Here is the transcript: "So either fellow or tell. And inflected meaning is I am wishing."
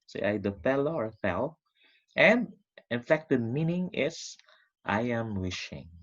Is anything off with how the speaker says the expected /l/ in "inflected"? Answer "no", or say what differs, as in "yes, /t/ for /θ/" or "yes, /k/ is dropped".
yes, /l/ is dropped